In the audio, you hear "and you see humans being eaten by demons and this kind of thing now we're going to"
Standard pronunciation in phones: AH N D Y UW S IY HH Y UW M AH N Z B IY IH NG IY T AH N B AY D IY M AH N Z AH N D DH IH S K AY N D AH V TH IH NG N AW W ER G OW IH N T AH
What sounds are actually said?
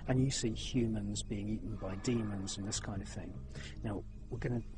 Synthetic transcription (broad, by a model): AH N Y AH S IY HH Y UW M AH N Z B IY IH NG IY T N B AY D IY M AH N Z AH N DH IH S K AY N D AH V TH IH NG N AW W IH G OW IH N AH